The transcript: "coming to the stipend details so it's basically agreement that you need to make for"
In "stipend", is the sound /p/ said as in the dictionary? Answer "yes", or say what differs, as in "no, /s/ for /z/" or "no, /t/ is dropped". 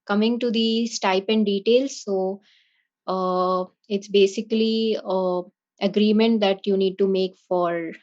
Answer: yes